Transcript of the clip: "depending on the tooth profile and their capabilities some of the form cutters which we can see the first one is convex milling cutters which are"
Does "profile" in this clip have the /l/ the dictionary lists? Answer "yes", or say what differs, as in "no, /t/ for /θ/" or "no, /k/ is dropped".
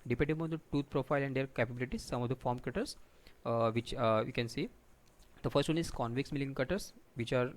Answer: yes